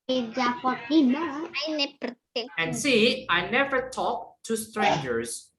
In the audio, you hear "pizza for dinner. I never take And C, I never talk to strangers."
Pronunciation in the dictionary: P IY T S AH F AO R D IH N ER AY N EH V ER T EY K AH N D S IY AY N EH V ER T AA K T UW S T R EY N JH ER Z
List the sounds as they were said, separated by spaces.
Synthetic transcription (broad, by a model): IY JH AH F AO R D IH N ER AY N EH B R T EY AH N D S IY AY N EH V ER T AA K T UW S T R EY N JH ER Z